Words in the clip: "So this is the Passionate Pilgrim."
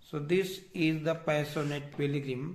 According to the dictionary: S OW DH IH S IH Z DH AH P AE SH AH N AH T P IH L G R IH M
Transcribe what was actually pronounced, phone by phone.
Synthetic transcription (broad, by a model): S OW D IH S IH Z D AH P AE S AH N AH T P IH L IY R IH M